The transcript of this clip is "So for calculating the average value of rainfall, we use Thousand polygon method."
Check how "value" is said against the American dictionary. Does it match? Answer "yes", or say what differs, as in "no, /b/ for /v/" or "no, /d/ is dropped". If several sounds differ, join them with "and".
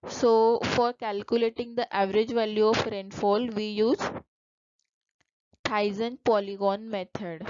yes